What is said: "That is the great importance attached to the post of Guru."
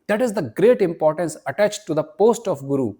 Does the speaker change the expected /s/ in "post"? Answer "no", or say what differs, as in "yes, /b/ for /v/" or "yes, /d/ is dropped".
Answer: no